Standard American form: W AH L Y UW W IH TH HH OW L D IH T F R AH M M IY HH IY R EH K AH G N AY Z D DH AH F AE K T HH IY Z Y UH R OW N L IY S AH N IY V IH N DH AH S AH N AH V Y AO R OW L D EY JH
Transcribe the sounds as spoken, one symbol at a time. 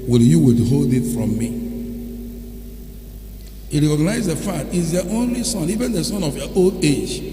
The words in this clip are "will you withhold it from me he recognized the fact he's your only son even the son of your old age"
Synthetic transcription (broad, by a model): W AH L Y UW W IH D HH OW L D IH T F R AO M M IY HH IY R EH K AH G N AY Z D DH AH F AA T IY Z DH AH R OW N L IY S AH N IY V IH N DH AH S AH N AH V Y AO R OW L D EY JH